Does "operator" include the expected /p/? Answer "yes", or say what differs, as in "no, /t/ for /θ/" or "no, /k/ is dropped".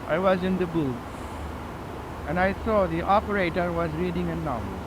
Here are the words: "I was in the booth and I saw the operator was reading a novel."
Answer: yes